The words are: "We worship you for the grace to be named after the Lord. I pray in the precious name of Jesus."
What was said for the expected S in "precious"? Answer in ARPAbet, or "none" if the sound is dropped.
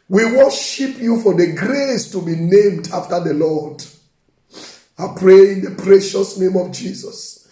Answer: S